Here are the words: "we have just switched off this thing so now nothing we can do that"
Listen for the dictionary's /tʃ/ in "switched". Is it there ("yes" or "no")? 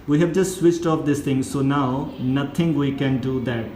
yes